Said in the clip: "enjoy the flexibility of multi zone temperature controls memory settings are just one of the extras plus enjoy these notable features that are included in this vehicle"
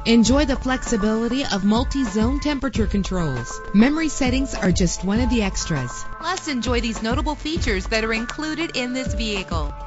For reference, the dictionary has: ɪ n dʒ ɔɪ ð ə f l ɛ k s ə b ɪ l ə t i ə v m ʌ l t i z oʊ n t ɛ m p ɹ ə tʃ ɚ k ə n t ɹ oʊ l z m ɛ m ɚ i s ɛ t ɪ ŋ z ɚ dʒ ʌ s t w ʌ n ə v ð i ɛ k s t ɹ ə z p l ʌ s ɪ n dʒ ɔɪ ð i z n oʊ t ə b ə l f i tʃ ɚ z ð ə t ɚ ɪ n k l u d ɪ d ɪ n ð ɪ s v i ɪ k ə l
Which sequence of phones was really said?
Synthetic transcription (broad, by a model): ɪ n dʒ ɔɪ ð ə f l ɛ k s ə b ɪ l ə t i ə v m ʌ l t i z oʊ n t ɛ m p ɹ ə tʃ ɚ k ə n t ɹ oʊ l z m ɛ m ɚ i s ɛ t ɪ ŋ z ɚ dʒ ʌ s t w ʌ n ə v ð i ɛ k s t ɹ ə z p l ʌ s ɪ n dʒ ɔɪ ð i z n oʊ t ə b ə l f i tʃ ɚ z ð ə t ɚ ɪ n k l u d ɪ d ɪ n ð ɪ s v i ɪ k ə l